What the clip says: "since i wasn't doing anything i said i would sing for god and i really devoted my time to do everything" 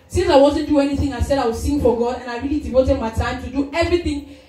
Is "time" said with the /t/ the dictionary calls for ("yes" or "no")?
yes